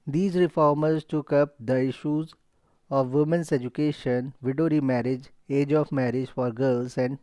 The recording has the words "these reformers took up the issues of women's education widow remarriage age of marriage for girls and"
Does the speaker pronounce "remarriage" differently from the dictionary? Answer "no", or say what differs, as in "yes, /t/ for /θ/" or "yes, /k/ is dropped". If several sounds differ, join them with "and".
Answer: no